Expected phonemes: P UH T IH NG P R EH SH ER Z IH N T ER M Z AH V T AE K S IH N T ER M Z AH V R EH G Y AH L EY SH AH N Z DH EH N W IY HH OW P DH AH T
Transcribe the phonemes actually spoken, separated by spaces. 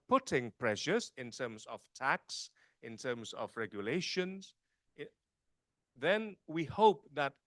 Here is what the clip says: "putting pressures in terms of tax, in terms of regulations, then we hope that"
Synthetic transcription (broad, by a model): P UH T IH NG P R EH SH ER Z IH N T ER M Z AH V T AE K S IH N T ER M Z AH V R EH G Y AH L EY SH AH N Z DH EH N W IY HH OW P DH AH T